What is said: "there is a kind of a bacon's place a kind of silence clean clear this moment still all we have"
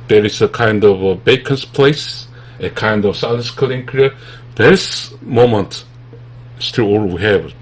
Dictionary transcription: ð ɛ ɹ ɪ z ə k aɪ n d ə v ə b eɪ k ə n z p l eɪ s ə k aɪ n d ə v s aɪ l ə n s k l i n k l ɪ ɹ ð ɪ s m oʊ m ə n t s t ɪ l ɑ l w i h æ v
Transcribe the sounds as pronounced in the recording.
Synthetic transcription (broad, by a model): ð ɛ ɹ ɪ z ə k aɪ n d ə v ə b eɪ k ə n s p l eɪ s ə k aɪ n d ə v s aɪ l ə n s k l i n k ɪ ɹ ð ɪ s m oʊ m ə n t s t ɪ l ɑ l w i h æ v